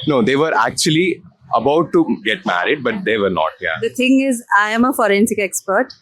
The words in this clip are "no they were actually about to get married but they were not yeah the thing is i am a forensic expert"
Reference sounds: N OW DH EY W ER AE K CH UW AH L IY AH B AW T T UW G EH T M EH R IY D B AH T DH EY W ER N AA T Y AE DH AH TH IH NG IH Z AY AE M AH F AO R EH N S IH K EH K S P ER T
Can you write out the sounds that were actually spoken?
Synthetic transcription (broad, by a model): N OW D EY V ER AE K CH UW AH L IY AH B AW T T UW G EH T M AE R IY D B AH T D EY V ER N AA T Y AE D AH T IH NG IH Z AY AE M AH F AO R EH N S IH K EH K S P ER T